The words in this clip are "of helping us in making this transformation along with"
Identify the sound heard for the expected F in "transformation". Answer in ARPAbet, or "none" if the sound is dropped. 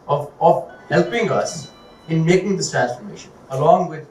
F